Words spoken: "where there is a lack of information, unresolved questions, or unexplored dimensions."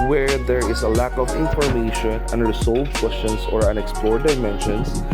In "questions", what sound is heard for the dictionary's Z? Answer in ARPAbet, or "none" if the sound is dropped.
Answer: S